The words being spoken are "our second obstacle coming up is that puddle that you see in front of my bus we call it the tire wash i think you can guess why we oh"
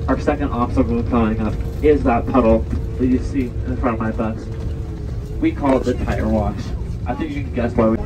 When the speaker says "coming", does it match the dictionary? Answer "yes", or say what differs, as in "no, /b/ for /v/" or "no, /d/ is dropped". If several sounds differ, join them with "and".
no, /m/ is dropped